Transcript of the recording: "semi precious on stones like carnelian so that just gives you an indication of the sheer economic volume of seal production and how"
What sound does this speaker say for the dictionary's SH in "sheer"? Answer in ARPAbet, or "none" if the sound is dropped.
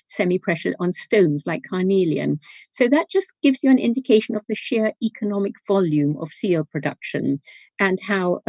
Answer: SH